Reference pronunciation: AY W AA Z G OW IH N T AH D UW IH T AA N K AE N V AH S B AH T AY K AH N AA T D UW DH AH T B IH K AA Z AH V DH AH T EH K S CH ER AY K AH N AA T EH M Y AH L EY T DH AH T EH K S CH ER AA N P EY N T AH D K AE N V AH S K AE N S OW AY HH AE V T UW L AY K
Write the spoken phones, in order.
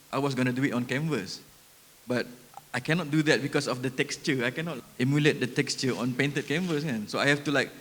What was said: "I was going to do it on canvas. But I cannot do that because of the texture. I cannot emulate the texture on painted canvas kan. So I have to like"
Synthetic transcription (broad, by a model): AY W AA S G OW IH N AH D UW IH T AA N K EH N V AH S B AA T AY K AH N AA T D UW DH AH T B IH K AA S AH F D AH T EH K S CH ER AY K AH N AA T EH M Y AH L EY T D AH T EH K S CH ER AA N P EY N T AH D K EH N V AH S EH N S OW AY HH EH F T UW L AY K